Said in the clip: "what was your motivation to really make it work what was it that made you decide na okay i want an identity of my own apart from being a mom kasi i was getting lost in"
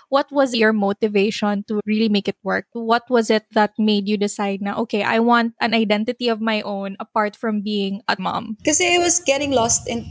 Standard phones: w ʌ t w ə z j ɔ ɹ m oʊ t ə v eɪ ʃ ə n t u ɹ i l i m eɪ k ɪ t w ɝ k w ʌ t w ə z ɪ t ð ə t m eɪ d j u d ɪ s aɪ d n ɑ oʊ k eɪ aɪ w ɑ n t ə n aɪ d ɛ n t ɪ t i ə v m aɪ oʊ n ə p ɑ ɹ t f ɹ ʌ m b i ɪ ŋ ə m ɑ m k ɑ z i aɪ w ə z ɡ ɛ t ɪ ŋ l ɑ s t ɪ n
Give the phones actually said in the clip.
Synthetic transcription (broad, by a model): w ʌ t w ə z j ɔ ɹ m oʊ t ə v eɪ ʃ ə n t u ɹ i l i m eɪ k ɪ t w ɝ k w ʌ t w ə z ɪ t ð ə t m eɪ d j u d ɪ s aɪ d n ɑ oʊ k eɪ aɪ w ɑ n t ə n aɪ d ɛ n t ɪ t i ə v m aɪ oʊ n ə p ɑ ɹ t f ɹ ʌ m b i ɪ ŋ ə m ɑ m k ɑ s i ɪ w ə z ɡ ɛ t ɪ ŋ l ɑ s t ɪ n